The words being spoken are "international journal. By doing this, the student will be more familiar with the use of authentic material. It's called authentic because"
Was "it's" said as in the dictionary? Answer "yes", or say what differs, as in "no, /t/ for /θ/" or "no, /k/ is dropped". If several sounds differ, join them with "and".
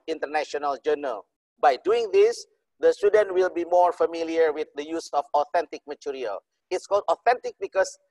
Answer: yes